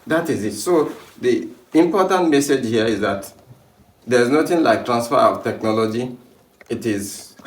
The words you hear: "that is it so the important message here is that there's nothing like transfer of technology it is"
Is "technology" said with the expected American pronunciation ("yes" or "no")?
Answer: yes